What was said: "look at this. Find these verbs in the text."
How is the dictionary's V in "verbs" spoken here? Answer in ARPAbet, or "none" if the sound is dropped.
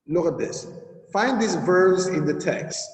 V